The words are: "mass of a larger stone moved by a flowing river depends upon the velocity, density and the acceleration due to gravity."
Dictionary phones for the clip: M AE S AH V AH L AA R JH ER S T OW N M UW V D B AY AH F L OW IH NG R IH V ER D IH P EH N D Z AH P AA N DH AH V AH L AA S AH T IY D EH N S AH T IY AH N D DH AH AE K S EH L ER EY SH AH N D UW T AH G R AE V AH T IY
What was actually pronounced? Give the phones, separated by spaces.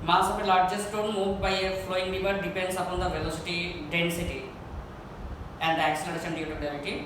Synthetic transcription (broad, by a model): M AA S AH P AH L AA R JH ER S T OW N M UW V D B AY AH F L OW IH NG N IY B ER D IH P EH N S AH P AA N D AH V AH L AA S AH T IY D EH N S AH T IY AH N D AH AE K S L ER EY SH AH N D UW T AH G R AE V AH T IY